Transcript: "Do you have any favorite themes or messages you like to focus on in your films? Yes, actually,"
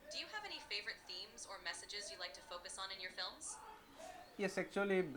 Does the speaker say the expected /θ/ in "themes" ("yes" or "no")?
yes